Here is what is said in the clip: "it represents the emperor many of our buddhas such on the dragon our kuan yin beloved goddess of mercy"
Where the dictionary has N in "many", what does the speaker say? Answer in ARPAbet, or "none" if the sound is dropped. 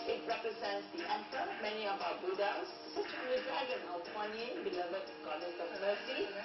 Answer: N